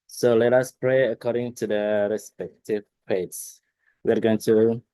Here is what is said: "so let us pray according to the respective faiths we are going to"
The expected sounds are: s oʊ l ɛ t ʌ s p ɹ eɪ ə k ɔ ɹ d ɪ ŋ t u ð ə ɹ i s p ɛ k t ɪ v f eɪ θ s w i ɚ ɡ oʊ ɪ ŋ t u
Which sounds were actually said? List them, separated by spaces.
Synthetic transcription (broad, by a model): s oʊ l ɛ t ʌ s p ɹ eɪ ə k ɔ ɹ d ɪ ŋ t u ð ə ɹ i s p ɛ k t ɪ v p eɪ t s w i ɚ ɡ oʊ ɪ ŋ t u